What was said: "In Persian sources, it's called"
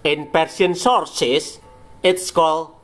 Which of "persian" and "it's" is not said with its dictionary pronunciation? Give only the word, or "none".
persian